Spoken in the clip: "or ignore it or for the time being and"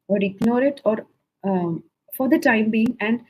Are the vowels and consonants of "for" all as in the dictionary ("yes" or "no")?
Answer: yes